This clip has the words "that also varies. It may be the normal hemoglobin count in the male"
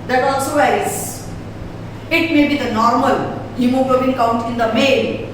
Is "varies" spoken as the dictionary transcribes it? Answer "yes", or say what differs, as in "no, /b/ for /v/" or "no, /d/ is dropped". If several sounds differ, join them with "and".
no, /ɹ/ is dropped